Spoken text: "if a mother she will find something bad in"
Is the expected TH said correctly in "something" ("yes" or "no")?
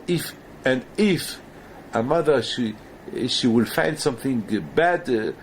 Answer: yes